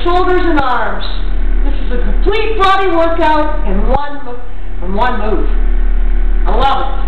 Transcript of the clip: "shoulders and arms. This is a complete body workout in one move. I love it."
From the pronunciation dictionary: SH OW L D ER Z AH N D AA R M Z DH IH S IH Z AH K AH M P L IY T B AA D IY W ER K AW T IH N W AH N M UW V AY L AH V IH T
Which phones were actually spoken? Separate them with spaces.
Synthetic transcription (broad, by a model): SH OW L D ER Z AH N AA R M Z DH IH S IH Z AH K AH M P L IY T B AA D IY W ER K AW T IH N W AH N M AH W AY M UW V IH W